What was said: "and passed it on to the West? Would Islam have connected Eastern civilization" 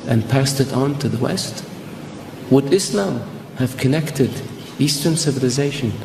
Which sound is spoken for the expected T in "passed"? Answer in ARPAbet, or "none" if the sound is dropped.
T